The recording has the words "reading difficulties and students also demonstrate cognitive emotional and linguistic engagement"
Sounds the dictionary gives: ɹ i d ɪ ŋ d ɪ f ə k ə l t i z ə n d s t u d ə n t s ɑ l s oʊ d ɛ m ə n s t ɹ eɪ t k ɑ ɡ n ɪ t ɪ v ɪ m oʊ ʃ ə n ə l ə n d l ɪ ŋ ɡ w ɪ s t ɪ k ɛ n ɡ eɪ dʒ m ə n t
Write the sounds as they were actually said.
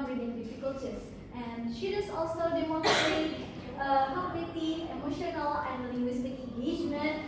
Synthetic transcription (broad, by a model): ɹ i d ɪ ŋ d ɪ f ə k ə l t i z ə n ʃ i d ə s ɑ l s oʊ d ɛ m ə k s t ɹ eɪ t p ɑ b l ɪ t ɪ ɪ m oʊ ʃ ə n ə l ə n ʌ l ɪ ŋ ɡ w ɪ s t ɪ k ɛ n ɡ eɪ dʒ m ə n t